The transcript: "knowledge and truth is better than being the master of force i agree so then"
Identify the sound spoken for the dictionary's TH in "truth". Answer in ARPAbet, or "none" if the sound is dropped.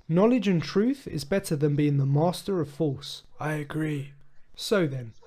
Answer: TH